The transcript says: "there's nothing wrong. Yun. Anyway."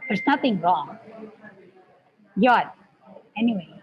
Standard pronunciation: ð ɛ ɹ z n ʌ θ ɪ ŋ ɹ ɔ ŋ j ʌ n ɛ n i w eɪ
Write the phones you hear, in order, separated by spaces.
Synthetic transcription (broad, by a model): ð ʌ ɹ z n ʌ θ ɪ ŋ ɹ ɔ ŋ j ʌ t ɛ n i w eɪ